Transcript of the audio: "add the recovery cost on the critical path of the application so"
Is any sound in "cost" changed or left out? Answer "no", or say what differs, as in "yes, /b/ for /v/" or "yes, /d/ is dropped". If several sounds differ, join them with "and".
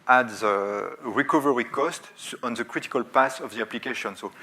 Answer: no